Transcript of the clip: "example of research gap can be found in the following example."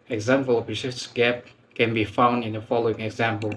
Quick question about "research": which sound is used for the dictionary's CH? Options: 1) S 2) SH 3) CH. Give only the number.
1